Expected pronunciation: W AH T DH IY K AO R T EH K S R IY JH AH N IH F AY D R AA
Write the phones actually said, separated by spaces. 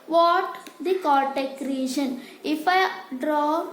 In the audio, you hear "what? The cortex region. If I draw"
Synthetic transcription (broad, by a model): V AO T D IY K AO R T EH K R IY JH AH N IH F AY D R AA